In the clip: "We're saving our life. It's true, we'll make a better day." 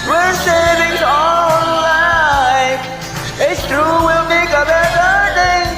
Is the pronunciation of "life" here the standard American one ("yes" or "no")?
no